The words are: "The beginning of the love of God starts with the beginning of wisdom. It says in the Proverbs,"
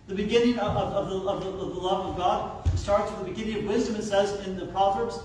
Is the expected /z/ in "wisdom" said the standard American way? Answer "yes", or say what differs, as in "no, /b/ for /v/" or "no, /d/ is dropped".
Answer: yes